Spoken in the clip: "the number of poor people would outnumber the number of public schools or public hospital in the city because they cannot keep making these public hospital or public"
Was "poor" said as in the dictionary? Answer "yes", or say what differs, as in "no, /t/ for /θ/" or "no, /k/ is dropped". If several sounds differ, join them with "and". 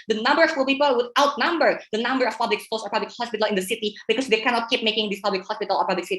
no, /l/ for /ɹ/